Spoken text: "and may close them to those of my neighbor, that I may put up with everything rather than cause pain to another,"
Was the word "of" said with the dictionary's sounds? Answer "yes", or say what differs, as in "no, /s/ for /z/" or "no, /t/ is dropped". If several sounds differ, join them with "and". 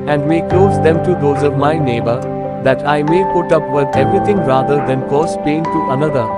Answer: yes